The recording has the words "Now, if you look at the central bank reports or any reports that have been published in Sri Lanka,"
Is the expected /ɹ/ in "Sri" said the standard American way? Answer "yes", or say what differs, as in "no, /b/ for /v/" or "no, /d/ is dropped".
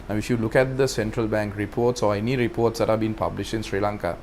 yes